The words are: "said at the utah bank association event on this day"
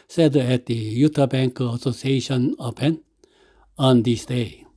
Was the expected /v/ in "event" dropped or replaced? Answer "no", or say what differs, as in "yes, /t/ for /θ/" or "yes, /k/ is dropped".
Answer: yes, /p/ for /v/